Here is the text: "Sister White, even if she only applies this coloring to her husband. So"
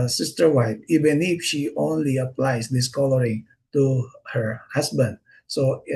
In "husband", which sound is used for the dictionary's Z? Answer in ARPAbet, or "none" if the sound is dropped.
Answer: S